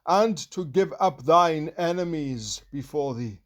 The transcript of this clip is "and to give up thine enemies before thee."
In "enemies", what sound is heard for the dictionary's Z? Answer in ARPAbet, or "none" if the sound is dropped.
Z